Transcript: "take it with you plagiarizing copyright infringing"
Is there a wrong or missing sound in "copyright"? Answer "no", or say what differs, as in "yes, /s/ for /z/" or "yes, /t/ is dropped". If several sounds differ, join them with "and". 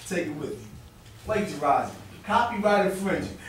no